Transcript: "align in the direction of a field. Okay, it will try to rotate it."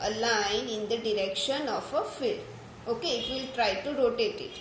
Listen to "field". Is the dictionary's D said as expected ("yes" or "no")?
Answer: no